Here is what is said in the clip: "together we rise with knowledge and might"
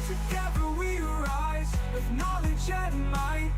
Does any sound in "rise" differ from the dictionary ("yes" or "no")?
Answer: no